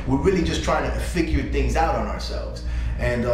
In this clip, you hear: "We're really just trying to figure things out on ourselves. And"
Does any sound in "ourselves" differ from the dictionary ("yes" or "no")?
no